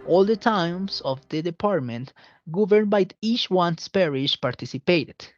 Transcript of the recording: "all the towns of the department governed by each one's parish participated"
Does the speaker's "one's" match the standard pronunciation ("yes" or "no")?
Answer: no